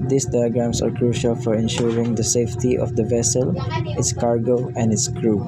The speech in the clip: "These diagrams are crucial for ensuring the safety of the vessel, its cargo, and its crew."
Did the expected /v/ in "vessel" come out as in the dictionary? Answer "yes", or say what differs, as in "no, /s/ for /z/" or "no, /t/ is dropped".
yes